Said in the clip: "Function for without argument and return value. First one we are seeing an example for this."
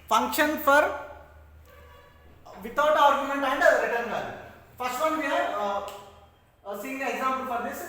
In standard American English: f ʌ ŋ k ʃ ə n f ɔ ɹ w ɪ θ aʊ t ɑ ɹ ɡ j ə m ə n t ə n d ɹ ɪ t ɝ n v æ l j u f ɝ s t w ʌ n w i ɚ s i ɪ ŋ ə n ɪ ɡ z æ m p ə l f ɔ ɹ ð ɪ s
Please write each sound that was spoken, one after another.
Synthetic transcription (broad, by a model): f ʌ ŋ k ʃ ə n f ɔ ɹ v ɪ t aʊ t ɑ ɹ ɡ j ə m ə n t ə n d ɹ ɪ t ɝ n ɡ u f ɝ s t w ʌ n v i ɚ s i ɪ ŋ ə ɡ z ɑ m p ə l f ɔ ɹ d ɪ s